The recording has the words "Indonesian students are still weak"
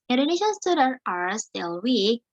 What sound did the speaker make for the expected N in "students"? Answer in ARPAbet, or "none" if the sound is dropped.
none